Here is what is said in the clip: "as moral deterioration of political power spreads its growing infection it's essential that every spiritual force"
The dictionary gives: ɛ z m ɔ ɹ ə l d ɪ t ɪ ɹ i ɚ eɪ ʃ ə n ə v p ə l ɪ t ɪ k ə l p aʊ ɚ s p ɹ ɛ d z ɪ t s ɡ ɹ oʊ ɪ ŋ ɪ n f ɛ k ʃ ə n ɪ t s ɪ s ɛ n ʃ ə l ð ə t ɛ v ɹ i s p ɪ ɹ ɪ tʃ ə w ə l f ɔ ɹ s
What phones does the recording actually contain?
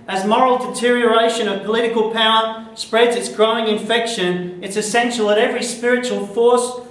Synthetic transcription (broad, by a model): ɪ z m ɔ ɹ l d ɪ t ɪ ɹ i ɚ eɪ ʃ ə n ə v p ə l ɪ t ɪ k ə l p aʊ ɚ s p ɹ ɛ d z ɪ t s ɡ ɹ oʊ ɪ ŋ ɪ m f ɛ k ʃ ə n ɪ t s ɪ s ɛ n ʃ l ð ə t ɛ v ɹ i s p ɪ ɹ ɪ tʃ ə w ə l f ɔ ɹ s